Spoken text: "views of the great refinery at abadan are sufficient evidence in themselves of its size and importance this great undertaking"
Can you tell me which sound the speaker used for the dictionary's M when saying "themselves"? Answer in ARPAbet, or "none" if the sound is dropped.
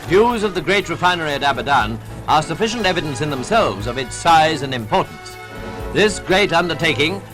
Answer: M